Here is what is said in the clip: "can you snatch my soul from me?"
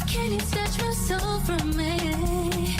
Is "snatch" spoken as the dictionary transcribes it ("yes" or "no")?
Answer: no